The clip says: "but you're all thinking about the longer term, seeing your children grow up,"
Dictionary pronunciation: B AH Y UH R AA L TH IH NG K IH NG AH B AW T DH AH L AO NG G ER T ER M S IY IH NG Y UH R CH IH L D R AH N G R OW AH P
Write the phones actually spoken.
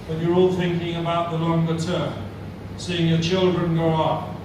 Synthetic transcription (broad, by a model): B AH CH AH R AA L TH IH NG K IH NG AH B AW T DH AH L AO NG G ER T ER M S IY IH NG Y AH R CH IH L D R AH N G OW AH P